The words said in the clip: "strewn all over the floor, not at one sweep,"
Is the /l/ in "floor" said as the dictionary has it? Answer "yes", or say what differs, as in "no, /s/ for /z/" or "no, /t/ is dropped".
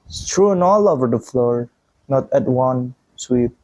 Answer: yes